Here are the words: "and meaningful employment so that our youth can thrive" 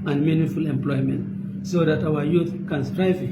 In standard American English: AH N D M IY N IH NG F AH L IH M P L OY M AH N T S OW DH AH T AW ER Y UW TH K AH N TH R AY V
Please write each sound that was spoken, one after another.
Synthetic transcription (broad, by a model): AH N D M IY N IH F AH L IH M P L OY M AH N T S OW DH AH T AW ER Y UW TH K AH N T R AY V